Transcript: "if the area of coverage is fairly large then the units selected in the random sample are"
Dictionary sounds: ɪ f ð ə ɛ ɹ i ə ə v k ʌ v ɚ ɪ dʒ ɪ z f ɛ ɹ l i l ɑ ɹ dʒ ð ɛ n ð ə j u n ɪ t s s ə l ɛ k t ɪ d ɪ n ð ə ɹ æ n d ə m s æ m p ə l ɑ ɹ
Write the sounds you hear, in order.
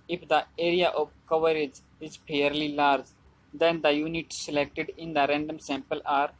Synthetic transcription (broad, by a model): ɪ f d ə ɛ ɹ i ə ə v k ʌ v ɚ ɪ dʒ ɪ z p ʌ ɹ l i l ɑ ɹ dʒ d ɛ n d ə j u n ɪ t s s ə l ɛ k t ɪ d ɪ n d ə ɹ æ n d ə m s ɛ m p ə l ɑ ɹ